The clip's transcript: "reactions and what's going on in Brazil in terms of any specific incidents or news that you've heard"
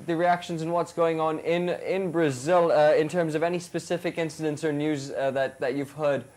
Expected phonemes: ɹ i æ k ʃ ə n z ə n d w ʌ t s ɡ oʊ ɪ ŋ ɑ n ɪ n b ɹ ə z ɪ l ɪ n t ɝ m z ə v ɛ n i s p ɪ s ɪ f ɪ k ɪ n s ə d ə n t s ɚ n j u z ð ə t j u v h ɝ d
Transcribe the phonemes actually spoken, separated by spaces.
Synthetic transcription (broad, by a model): ɹ i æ k ʃ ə n z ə n w ʌ t s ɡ oʊ ɪ ŋ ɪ n ɪ n b ɹ ə z ɪ l ɪ n t ɝ m z ə v ɛ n i s p ɪ s ɪ f ɪ k ɪ n s ə d ə n t s ɚ n j u z ð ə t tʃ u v h ɝ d